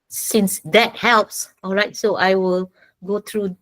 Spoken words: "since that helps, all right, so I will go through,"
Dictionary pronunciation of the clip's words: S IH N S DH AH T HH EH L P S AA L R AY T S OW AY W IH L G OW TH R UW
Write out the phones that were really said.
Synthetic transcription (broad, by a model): S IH N S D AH T HH EH L P S AA L R AY T S OW AY W IH L G OW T R UW